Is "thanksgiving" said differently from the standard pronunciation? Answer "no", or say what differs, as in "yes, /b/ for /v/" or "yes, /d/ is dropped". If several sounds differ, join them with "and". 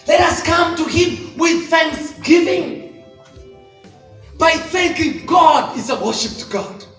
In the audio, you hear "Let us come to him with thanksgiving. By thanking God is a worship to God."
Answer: no